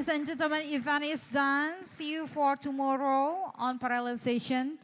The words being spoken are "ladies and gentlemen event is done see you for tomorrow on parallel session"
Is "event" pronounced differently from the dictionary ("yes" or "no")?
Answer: yes